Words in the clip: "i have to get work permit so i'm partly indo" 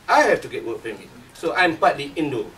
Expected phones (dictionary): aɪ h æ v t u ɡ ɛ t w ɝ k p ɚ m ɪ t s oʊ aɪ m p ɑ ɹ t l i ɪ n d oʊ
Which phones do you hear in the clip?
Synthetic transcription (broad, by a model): aɪ h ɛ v t u ɡ ɛ t w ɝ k f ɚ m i s oʊ aɪ m p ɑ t l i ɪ n d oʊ